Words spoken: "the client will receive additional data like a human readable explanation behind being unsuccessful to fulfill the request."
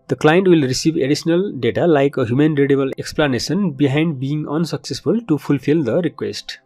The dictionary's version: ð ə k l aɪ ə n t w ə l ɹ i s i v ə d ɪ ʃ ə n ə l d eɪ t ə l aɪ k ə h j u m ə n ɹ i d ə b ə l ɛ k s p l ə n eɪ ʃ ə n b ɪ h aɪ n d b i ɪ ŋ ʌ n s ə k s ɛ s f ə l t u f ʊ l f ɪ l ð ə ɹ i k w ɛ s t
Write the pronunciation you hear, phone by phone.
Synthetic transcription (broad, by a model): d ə k l aɪ ə n t w ə l ɹ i s i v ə d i s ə n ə l d eɪ t ə l aɪ k ə h j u m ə n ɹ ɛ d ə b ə l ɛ k s p l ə n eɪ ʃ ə n b ɪ h aɪ n d b i ɪ ŋ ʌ n s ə k s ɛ s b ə l t u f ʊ l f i l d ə ɹ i k w ɛ s t